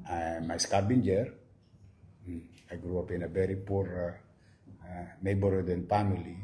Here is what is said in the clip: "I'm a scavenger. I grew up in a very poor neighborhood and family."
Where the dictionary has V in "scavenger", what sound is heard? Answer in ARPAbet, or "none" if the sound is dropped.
B